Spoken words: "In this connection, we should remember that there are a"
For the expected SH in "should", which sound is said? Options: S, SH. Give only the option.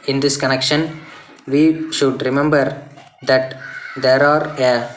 SH